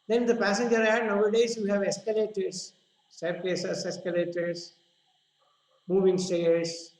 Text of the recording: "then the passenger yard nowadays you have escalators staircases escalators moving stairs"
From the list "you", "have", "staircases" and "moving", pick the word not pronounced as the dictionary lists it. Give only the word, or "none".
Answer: staircases